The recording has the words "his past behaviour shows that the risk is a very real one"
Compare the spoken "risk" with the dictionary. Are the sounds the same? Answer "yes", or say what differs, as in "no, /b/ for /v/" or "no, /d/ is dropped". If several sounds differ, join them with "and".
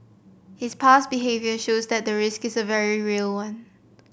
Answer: yes